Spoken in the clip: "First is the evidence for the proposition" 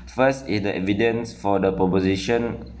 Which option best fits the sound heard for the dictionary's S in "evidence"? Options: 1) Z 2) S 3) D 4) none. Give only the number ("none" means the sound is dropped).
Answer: 2